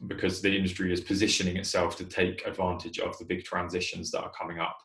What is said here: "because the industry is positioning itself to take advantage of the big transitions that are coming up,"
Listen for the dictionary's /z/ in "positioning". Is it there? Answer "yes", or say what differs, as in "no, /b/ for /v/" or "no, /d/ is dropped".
yes